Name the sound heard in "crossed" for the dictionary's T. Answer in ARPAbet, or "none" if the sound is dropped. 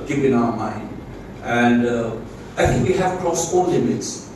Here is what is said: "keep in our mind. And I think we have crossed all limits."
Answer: none